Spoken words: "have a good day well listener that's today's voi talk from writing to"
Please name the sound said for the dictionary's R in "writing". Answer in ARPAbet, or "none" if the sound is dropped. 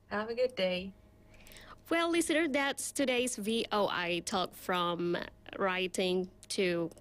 R